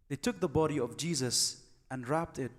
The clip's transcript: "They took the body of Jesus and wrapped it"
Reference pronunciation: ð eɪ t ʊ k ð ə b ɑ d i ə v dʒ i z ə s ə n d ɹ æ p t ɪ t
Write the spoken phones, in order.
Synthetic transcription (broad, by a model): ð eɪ t ʊ k ð ə b ɑ d i ə v dʒ i z ə s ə n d ɹ æ p t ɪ t